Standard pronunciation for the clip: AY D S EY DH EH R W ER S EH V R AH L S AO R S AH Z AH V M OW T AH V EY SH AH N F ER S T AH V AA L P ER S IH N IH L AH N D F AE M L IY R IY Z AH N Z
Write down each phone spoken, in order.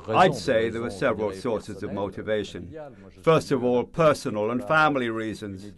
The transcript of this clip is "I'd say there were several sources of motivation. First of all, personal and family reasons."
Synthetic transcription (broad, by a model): AY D S EY DH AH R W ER S EH V R AH L S AO R S AH Z AH V M OW T AH V EY SH AH N F ER S T AH V AA L P ER S IH N IH L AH N F AE M L IY R IY Z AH N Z